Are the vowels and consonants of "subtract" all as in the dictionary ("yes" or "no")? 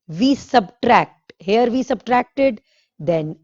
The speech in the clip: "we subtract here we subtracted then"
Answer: yes